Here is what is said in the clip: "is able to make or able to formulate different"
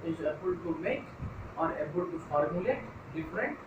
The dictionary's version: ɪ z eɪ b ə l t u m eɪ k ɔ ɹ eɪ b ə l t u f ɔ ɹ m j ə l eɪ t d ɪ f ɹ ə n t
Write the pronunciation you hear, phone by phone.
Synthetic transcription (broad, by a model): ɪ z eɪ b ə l t u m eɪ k ɔ ɹ eɪ b ə l t u f ɔ ɹ m j ə l eɪ t d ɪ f ɹ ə n t